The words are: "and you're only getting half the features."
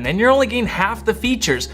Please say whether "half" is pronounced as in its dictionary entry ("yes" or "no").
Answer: yes